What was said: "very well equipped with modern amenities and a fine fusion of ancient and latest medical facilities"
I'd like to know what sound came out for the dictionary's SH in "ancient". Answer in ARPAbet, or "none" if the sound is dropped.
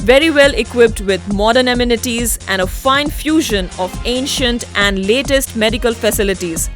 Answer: SH